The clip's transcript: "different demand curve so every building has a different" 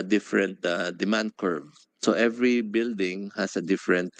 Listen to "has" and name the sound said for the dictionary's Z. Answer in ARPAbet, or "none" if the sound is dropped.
S